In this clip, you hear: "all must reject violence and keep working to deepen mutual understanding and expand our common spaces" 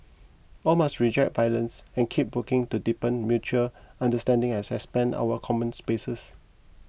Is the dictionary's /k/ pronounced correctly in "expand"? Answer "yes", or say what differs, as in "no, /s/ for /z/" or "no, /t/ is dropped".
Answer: no, /k/ is dropped